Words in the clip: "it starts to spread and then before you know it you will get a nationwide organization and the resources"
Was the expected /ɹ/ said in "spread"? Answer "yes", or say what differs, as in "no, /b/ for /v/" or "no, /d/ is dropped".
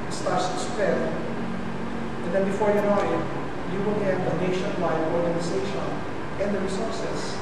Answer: no, /ɹ/ is dropped